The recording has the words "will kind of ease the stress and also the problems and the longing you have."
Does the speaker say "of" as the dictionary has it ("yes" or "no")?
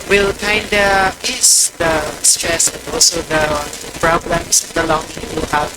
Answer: no